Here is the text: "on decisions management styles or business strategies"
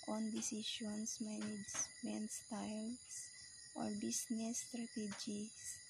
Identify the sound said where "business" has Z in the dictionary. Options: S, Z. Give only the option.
S